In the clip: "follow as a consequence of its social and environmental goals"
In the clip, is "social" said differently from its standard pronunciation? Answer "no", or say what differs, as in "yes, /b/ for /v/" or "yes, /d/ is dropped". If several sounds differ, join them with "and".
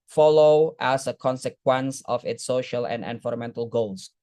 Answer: no